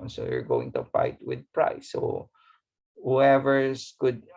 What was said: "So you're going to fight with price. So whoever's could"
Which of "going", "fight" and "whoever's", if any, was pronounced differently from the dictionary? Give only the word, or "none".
whoever's